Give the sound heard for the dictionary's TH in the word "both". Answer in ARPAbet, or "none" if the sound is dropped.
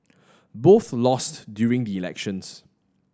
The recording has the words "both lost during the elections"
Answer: TH